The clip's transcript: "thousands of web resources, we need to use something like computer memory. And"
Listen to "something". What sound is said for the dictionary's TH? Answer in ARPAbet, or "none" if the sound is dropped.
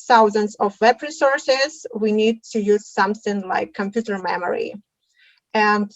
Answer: TH